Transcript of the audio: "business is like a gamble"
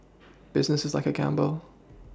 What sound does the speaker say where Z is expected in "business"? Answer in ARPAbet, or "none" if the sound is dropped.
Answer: Z